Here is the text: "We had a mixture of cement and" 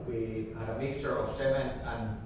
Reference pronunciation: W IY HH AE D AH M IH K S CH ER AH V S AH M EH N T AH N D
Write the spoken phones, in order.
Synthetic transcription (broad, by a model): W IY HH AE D AH M IH K S CH ER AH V S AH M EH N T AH N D